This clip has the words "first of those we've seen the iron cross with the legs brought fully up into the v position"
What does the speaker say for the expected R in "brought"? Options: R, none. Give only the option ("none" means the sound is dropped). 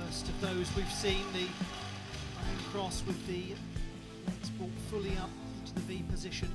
none